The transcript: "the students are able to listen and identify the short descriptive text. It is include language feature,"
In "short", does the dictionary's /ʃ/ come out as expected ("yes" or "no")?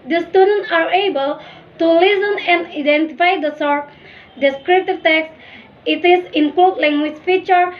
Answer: no